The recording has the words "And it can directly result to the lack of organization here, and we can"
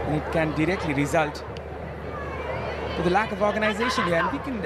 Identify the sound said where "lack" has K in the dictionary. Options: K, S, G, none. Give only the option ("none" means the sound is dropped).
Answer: K